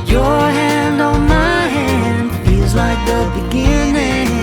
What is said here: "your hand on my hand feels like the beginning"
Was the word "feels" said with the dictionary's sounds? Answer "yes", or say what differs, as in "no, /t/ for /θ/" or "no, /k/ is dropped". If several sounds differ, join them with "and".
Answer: no, /l/ is dropped